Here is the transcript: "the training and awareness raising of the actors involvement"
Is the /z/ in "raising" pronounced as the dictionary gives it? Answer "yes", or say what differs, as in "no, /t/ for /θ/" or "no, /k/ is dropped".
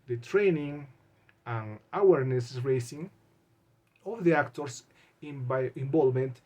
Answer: no, /s/ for /z/